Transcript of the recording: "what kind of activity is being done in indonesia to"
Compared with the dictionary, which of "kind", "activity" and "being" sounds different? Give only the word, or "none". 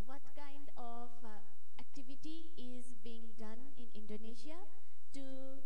none